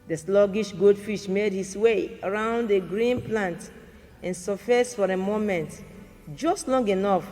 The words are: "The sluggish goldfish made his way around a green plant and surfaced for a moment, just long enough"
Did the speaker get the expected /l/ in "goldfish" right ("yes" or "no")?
no